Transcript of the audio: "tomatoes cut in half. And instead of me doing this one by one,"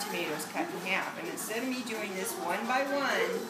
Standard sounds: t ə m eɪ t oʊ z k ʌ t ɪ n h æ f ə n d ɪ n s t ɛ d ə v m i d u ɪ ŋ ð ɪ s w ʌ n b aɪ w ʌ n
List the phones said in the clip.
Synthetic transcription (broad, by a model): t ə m eɪ t oʊ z k ʌ t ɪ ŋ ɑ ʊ p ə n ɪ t s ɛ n m i d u ɪ ŋ ð ɪ s w ʌ n b aɪ w ʌ n